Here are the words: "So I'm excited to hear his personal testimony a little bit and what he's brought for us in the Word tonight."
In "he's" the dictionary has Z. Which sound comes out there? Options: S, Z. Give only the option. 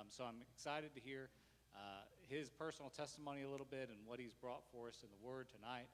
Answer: Z